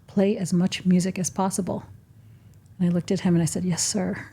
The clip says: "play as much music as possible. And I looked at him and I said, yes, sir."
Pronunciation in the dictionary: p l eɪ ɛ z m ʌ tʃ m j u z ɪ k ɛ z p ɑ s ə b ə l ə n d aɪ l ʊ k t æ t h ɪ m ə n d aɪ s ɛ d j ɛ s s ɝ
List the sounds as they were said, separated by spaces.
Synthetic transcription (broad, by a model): p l eɪ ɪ z m ʌ tʃ m j u z ɪ k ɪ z p ɑ s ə b l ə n aɪ l ʊ k t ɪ t h ɪ m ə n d aɪ s ɛ d j ɛ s s ɝ